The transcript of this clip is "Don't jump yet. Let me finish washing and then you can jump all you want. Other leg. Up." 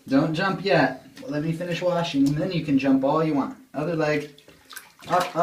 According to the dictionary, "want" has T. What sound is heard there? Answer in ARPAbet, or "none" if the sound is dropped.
T